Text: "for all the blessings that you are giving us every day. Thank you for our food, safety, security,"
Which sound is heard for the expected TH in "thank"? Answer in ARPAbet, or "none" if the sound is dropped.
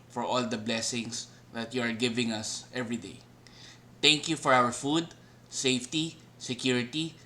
T